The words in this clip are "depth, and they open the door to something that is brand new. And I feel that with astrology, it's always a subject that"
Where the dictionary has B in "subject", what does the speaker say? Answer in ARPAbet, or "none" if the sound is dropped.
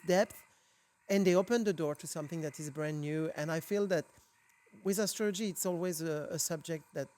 B